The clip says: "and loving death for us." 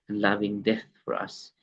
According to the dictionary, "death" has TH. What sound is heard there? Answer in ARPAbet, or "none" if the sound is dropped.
TH